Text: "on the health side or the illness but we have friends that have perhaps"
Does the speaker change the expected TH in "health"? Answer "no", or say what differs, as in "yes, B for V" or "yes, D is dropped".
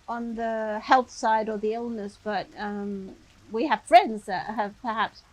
no